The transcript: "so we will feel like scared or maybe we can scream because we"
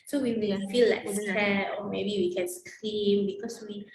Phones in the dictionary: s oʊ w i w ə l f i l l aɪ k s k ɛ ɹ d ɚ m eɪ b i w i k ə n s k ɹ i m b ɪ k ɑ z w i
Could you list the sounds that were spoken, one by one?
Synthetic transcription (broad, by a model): s oʊ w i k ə n f i l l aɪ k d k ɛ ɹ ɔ m eɪ b i w i k ə n s k ɹ i m b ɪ k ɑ s w i